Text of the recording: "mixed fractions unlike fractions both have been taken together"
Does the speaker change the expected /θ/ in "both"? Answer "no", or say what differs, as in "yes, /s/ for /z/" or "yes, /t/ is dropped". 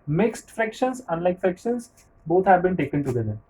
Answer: yes, /t/ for /θ/